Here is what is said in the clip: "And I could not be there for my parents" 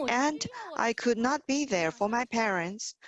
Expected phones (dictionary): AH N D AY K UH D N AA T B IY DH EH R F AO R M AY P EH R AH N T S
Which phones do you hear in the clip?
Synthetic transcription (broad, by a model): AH N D AY K UH D N AA T B IY DH EH R F AO R M AY P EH R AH N T S